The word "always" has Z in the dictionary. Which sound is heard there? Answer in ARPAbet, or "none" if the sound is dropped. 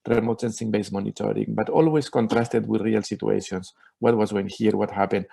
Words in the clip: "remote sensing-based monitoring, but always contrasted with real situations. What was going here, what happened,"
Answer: S